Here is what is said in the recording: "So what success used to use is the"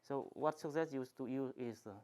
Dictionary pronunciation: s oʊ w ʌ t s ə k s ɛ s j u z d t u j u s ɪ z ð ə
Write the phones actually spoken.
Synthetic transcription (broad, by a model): s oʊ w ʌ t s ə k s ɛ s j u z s t u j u ɪ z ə